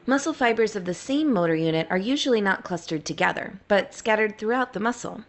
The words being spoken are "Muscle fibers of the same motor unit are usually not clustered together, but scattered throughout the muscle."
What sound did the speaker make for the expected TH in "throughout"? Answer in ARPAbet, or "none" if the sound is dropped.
TH